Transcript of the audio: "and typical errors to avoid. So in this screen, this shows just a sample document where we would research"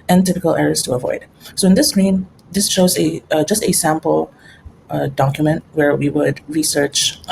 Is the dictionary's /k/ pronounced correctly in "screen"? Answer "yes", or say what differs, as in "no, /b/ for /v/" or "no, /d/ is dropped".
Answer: no, /k/ is dropped